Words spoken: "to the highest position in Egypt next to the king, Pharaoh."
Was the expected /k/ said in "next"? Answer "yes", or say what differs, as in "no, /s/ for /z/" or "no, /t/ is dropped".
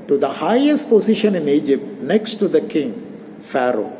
yes